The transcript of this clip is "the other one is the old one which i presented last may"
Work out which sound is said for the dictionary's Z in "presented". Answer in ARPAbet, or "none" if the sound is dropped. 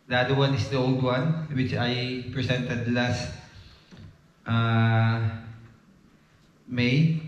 S